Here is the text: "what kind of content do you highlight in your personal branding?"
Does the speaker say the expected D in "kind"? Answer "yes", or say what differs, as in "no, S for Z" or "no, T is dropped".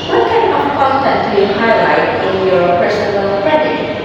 no, D is dropped